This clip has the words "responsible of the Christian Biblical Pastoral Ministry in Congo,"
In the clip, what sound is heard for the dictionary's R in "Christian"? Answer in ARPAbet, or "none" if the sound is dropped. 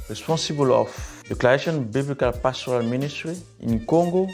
L